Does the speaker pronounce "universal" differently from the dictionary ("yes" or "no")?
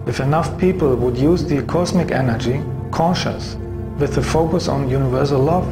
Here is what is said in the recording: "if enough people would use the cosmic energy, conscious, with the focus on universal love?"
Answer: no